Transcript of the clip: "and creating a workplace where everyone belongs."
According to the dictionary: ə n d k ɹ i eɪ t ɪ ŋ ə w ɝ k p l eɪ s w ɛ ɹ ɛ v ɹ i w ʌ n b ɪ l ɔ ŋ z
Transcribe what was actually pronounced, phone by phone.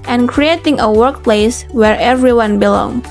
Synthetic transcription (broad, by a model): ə n k ɹ i eɪ t ɪ ŋ ə w ɝ k p l eɪ s w ɛ ɹ ɛ v ɹ i w ʌ n b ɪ l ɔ ŋ